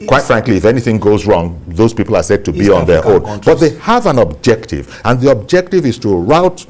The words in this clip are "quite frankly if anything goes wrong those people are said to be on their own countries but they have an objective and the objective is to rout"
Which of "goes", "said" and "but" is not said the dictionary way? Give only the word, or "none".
none